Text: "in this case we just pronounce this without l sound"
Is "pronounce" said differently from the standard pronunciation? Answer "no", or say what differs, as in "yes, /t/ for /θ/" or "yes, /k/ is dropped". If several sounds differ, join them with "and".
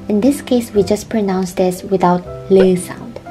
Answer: no